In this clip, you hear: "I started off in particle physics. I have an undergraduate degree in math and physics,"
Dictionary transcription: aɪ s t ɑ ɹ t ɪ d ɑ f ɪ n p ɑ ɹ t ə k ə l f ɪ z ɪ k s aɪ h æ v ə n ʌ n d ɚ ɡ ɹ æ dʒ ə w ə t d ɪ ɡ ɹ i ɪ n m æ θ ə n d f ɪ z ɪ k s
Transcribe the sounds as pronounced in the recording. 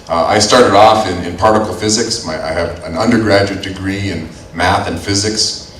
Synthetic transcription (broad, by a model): aɪ s t ɑ ɹ t ɪ d ɑ f ɪ n p ɑ ɹ t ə k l f ɪ z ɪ k s aɪ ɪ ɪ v ə n ʌ n d ɚ ɡ ɹ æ dʒ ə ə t d ɪ ɡ ɹ i ɪ n m æ θ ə n f ɪ z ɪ k s